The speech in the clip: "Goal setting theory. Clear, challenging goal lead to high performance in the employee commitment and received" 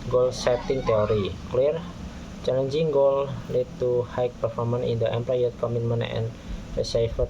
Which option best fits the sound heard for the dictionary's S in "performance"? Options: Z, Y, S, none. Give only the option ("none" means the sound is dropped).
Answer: none